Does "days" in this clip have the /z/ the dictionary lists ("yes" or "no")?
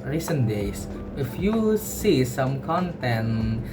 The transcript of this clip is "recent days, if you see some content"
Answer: no